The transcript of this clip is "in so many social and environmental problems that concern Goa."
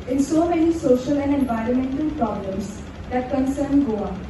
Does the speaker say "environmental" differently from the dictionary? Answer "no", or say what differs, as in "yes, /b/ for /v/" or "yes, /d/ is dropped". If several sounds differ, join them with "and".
no